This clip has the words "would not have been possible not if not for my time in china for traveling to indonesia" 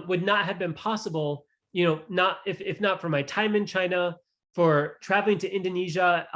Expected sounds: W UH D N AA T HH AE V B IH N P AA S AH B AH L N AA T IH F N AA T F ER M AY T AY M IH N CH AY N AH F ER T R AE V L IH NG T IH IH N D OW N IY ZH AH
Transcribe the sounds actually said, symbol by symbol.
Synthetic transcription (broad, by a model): W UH D N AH T HH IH V B IH N P AA S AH B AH N N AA T IH F N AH T F ER M AY T AY M IH N CH AY N AH F ER T R AE V L IH NG T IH IH N D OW N IY ZH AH